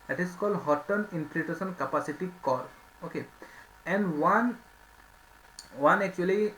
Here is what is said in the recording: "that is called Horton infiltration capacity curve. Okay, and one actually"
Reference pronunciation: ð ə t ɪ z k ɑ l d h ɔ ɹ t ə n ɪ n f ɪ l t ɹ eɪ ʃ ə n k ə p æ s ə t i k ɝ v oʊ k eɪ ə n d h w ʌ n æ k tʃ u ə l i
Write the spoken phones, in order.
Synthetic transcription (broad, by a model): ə t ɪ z k ɑ l d h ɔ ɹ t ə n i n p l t eɪ s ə n k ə p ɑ s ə t i k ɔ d oʊ k eɪ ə n d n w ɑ n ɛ k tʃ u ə l i